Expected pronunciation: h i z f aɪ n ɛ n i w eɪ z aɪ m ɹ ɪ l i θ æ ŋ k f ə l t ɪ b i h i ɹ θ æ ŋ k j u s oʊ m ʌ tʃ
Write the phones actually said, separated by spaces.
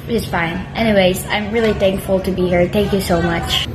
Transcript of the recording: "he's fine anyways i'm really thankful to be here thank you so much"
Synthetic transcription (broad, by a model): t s f aɪ n ɛ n i w eɪ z aɪ m ɹ ɪ l i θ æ ŋ k f l t ɪ b i h i ɹ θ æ ŋ k j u s oʊ m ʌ tʃ